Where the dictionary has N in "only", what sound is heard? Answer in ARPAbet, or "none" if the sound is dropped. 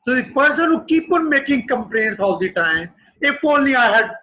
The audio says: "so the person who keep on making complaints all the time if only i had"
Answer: none